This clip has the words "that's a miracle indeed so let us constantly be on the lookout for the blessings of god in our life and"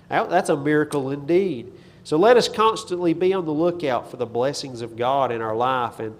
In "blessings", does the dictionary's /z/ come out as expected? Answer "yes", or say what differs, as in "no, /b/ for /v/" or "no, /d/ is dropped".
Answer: yes